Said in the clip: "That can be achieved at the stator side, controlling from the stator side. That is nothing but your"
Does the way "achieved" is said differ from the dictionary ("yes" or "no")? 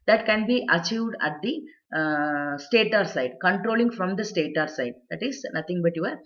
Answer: no